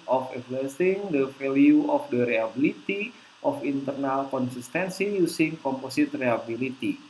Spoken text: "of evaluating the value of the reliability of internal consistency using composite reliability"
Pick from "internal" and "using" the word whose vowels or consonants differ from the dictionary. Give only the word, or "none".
using